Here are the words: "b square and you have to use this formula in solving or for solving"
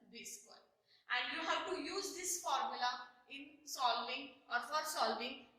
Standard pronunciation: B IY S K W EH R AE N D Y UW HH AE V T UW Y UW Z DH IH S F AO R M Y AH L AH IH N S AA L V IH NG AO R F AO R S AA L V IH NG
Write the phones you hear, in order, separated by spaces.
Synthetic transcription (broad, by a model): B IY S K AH L AE N D Y UW HH AE V T UW Y UW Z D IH S F AO R M Y AH L AH IH N S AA L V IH NG AO R F AO R S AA L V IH NG